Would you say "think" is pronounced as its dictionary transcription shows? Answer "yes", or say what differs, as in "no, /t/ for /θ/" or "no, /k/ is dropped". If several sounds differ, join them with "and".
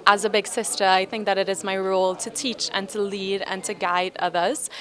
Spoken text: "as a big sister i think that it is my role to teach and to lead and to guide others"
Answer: yes